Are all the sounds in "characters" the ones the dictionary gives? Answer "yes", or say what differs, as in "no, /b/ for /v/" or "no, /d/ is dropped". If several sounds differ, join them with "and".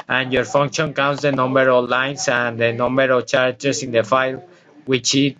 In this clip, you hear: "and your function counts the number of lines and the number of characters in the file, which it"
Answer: no, /s/ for /z/